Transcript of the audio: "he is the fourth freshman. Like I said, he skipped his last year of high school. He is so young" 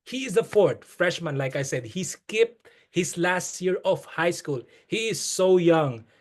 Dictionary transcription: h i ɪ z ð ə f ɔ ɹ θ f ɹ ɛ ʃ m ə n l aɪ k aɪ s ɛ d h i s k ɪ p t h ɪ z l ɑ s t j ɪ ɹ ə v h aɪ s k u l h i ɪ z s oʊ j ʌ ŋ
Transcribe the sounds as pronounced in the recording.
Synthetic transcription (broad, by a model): h i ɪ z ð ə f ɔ ɹ t f ɹ ɛ ʃ m ə n l aɪ k aɪ s ɛ d h i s k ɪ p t h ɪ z l ɑ s t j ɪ ɹ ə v h aɪ s k u l h i ɪ z s oʊ j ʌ ŋ